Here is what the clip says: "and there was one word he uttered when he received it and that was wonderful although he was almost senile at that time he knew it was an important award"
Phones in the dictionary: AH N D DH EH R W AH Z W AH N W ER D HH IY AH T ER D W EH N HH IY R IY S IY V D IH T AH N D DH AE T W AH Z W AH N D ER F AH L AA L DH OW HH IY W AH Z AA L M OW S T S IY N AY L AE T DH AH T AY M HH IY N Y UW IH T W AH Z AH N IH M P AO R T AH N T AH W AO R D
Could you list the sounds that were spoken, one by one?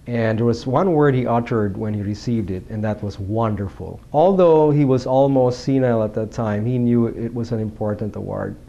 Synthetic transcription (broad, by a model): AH N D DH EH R W AH Z W AH N W ER D HH IY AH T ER D W EH N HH IY R IY S IY V D IH T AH N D DH AE T W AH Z W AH N D ER F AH L AA L DH OW HH IY W AH Z AA L M OW S T S IY N AY L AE T DH AH T AY M HH IY N Y UW IH T W AH Z AH N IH M P AO R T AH N T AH W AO R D